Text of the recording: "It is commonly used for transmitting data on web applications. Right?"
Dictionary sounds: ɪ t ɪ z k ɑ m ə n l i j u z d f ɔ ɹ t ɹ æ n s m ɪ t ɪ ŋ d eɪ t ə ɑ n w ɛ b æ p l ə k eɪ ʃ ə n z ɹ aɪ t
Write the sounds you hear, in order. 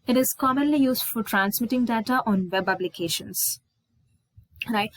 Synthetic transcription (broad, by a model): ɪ t ɪ z k ɑ m ə n l i j u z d f ɔ ɹ t ɹ æ n s m ɪ t ɪ ŋ d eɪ t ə ɑ n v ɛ b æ b l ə k eɪ ʃ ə n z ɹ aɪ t